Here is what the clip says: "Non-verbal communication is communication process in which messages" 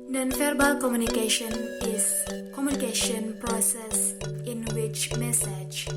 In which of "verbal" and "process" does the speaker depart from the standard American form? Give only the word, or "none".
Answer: verbal